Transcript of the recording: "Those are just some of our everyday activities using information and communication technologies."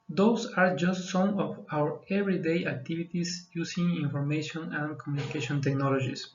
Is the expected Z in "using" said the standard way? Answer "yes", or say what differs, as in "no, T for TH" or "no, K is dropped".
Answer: no, S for Z